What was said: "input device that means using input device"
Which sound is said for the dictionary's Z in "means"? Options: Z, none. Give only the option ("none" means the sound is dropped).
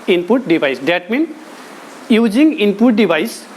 none